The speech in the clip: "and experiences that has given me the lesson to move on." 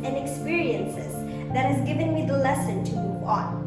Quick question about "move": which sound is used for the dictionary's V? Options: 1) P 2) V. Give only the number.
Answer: 1